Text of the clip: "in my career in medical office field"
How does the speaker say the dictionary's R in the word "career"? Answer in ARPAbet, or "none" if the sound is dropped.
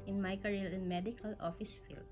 L